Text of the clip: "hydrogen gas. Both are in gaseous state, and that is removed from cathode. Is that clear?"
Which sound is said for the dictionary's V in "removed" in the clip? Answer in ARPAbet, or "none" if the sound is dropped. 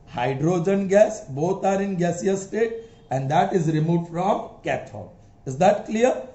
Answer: F